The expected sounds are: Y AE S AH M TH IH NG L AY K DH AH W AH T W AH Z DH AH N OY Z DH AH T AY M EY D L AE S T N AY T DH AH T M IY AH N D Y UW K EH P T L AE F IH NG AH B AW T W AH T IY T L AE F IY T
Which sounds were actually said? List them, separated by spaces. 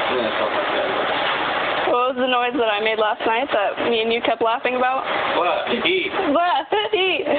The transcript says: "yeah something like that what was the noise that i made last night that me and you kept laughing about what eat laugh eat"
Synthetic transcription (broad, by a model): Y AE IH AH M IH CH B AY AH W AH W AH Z DH AH N OY Z DH AH T AY M EY D L AE S T N AY T DH AH T M IY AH N Y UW K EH P L AE F IH NG AH B AW T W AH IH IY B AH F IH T